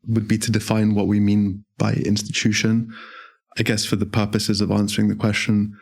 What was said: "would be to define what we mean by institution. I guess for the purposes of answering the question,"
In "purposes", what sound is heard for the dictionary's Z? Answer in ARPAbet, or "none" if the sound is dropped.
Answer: Z